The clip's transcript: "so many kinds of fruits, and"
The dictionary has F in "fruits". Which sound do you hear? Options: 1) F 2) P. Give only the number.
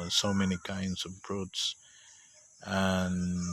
2